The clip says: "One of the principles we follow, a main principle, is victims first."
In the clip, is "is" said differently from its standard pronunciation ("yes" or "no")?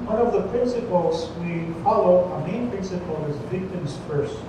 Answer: no